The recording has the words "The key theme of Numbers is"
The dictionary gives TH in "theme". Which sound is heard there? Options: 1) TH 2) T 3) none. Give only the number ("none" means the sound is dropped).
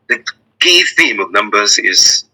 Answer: 1